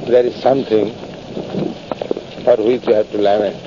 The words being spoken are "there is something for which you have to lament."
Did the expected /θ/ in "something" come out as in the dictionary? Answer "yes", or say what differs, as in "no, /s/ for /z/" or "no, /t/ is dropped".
no, /t/ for /θ/